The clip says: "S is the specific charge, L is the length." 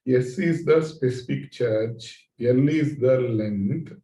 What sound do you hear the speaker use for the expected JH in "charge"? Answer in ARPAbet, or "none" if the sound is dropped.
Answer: CH